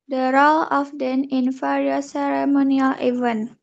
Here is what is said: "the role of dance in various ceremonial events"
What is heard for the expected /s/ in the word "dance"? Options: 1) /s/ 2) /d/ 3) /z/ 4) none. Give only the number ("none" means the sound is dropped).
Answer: 4